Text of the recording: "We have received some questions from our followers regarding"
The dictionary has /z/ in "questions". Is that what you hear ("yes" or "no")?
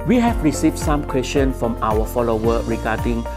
no